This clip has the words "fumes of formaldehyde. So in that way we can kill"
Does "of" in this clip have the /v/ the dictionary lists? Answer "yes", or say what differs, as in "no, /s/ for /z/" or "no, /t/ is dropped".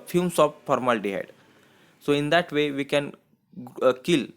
no, /p/ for /v/